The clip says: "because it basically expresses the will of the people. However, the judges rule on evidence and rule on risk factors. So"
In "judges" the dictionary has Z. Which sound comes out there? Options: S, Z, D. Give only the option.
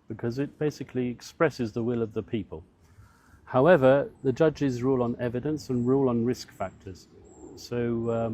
Z